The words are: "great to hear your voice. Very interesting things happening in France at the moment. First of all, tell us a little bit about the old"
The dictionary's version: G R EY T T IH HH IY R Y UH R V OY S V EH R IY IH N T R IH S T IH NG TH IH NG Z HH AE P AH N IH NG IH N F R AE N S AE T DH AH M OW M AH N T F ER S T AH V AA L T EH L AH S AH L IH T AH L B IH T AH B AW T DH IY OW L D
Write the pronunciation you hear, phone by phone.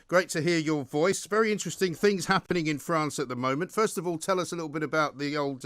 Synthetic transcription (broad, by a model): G R EY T T IH HH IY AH Y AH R V OY S V EH R IY IH N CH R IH S T IH NG TH IH NG Z HH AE P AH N IH NG IH N F R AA N S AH T DH AH M OW M AH N T F ER S T AH V AA L T EH L AH S AH L IH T L B IH T AH B AW T DH IY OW L D